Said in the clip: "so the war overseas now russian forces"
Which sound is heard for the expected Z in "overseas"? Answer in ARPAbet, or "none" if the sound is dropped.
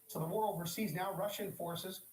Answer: Z